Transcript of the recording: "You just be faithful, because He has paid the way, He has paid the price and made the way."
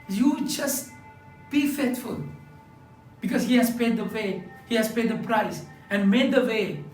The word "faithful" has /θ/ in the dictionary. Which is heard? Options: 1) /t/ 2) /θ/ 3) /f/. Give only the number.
1